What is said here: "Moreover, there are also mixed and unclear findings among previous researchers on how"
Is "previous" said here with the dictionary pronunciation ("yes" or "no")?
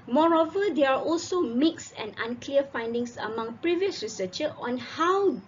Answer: yes